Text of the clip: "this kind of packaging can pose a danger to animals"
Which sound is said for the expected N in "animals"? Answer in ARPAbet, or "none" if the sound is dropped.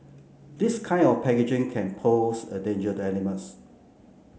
L